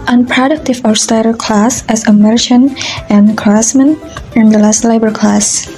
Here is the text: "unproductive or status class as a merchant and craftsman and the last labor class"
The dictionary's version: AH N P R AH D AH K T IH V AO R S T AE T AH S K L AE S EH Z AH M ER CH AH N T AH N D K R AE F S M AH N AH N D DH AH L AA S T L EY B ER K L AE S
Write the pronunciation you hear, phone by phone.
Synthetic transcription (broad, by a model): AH N P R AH D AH K T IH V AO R S T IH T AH K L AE S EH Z AH M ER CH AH N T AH N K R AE S M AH N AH N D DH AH L AA S T L EY B ER K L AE S